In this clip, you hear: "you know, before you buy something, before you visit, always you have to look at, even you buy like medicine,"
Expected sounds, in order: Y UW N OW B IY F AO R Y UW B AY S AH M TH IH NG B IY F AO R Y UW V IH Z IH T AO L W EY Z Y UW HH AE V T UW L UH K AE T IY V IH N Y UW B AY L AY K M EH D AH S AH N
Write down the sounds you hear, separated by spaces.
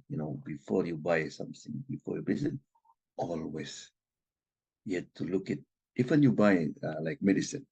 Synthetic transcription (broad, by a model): Y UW N OW B IY F AO R Y UW B AY S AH M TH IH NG B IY F AO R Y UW B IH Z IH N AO L W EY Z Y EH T T UW L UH K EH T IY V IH N Y UW B AY L AY K M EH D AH S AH N